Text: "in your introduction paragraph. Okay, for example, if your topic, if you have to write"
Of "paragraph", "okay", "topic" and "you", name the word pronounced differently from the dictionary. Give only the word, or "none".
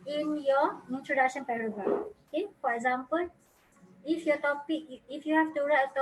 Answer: paragraph